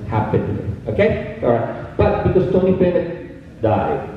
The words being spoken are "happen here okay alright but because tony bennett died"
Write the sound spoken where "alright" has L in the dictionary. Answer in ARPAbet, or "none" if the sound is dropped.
none